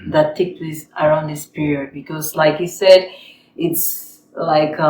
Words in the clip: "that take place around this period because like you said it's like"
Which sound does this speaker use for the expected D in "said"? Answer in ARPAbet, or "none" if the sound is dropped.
D